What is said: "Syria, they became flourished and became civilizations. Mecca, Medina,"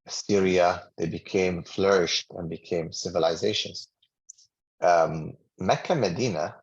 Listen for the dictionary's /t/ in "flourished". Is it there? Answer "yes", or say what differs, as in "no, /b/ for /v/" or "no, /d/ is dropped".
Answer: yes